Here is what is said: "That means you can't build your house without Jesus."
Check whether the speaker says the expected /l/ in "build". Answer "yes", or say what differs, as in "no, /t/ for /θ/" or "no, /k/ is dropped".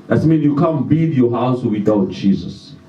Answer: no, /l/ is dropped